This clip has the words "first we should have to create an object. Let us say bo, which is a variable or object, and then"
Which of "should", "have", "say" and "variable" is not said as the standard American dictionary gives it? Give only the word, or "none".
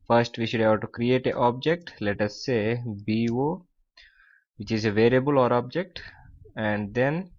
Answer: have